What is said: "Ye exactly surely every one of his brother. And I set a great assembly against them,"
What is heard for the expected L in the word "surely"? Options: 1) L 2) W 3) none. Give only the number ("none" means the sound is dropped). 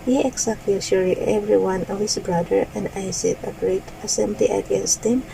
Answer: 3